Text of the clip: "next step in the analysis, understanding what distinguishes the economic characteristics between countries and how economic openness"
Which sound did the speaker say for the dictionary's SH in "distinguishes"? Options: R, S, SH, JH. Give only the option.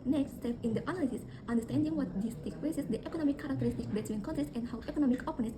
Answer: S